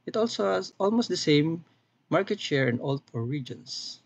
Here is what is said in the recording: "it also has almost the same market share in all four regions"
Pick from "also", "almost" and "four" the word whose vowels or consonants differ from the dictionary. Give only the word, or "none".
four